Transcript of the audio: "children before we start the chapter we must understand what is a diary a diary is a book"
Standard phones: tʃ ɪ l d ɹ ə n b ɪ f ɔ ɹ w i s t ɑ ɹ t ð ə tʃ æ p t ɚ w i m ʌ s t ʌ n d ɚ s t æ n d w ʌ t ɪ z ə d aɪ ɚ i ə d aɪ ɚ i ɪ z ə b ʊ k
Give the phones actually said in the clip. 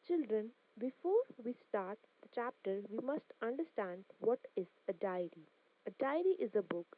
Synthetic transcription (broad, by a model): tʃ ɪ l d ɹ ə n b ɪ f ɔ ɹ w i s t ɑ ɹ t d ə tʃ æ p t ɚ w i m ʌ s t ʌ n d ɚ s t æ n d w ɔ t ɪ z ə d aɪ ɚ i ə d aɪ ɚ i ɪ z ə b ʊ k